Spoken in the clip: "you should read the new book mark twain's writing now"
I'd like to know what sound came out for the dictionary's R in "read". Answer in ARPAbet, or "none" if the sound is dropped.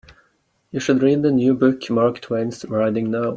R